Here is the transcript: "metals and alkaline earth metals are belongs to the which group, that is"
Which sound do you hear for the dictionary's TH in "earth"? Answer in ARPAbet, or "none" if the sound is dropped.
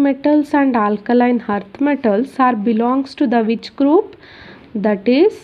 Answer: T